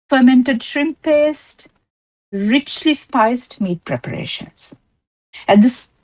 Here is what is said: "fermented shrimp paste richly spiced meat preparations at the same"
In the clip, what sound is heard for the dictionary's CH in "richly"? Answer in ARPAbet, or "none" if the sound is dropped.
CH